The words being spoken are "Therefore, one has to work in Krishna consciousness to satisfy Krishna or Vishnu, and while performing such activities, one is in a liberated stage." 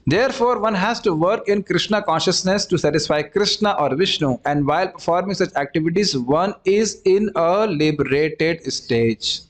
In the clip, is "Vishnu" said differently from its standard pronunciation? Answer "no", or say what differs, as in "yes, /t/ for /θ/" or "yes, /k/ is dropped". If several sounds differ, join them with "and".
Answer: no